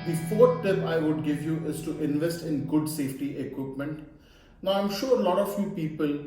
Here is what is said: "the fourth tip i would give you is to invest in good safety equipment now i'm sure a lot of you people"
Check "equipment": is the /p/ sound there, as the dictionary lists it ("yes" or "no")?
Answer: yes